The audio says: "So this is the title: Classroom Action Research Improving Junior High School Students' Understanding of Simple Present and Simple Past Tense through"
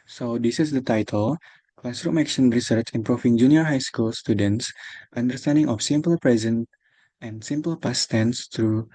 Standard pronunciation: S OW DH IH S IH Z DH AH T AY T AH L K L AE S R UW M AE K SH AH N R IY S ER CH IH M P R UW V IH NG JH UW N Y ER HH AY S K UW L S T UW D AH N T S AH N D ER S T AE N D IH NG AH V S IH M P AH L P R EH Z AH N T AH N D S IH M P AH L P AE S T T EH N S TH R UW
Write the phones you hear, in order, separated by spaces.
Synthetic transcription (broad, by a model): S OW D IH S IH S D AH T AY T AH L K L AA S R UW M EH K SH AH N R IY S ER CH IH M P R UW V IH NG JH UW N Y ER HH AY S K UW L S T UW D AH N T S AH N D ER S T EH N D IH NG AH F S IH M P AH L P R EH Z AH N T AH N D S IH M P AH L P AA S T T EH N S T R UW